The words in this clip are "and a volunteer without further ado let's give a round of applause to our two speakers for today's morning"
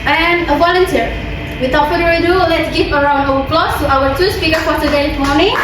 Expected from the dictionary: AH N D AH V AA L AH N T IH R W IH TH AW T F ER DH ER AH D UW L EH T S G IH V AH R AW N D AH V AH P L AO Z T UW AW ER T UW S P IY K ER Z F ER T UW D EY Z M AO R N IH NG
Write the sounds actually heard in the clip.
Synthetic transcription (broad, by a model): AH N AH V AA L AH N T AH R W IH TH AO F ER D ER AH D UW L EH T S G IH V AH R AW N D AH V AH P L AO S T UW AW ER T UW S P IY K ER F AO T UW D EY S M AO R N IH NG